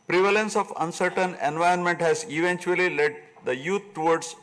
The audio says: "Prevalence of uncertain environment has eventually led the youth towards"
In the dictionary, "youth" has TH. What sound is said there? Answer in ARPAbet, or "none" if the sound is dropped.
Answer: T